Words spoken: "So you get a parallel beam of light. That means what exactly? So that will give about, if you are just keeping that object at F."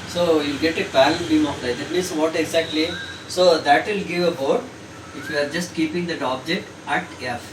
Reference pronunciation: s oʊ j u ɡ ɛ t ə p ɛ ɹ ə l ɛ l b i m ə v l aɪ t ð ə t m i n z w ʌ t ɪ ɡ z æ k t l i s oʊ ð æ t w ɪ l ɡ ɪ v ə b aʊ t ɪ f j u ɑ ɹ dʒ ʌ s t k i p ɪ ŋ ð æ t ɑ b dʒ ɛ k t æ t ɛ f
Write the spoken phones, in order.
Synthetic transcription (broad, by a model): s oʊ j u ɡ ɛ t ə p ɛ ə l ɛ n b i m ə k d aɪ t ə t m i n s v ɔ t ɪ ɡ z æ k t l i s oʊ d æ t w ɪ l ɡ ɪ v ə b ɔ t ɪ f j u ɑ ɹ dʒ ʌ s t k i p ɪ ŋ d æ t ɑ b dʒ ɛ k t æ t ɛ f